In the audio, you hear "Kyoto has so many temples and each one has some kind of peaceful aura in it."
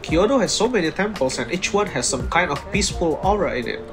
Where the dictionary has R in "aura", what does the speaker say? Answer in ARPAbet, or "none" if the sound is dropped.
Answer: R